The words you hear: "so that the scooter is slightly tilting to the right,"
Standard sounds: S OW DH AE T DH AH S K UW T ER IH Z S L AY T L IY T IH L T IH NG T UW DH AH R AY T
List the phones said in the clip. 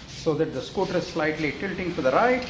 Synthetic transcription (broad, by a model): S OW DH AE T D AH S K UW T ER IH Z S L AY T L IY T IH L T IH NG T UW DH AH R AY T